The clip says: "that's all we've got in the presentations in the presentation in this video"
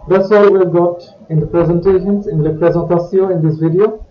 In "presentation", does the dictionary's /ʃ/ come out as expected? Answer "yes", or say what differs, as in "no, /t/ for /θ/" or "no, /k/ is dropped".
no, /s/ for /ʃ/